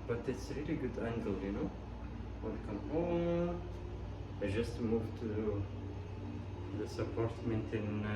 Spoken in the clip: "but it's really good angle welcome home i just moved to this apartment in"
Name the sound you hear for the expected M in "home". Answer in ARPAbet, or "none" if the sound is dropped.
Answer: none